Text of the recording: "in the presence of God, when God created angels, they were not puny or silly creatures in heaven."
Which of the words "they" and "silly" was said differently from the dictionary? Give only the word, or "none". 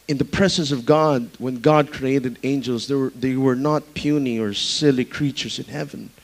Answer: none